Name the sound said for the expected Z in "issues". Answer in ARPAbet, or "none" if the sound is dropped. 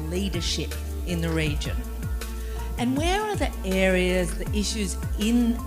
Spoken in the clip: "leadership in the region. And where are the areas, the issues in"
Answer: Z